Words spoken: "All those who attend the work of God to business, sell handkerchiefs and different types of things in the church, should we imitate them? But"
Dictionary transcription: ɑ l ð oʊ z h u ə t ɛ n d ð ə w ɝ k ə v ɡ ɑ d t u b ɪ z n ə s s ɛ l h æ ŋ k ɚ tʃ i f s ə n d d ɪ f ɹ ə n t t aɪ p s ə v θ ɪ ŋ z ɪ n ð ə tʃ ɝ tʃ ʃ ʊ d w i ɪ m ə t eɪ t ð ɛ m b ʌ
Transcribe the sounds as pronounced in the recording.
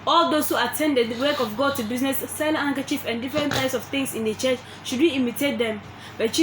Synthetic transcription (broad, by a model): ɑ l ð oʊ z h u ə t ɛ n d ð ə w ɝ k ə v ɡ ɑ d t u b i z n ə s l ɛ n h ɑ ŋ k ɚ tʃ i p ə n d d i f ɹ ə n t t aɪ p s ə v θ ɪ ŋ s ɪ n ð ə tʃ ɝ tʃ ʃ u d w i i m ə t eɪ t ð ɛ m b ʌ